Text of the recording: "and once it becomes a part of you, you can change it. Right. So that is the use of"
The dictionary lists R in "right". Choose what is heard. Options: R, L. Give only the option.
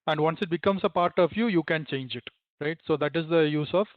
R